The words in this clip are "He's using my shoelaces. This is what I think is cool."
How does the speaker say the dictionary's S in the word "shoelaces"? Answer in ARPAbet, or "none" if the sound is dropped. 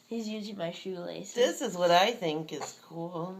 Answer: none